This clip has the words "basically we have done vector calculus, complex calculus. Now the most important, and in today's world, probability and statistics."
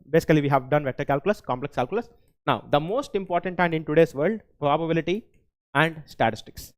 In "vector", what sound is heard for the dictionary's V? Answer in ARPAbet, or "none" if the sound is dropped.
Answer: V